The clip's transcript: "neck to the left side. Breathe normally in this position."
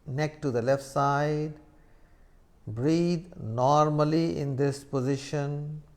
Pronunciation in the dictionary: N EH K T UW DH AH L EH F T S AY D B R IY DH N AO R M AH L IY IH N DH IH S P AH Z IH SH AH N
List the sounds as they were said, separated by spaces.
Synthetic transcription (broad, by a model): N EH K T UW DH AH L EH F T S AY D B R IY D N AO R M AH L IY IH N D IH S P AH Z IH SH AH N